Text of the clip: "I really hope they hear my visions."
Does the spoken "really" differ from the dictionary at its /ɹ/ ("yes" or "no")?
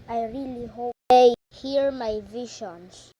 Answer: no